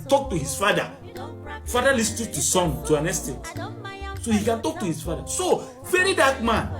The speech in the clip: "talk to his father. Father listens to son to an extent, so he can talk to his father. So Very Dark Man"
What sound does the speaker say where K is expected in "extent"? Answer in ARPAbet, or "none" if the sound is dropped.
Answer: none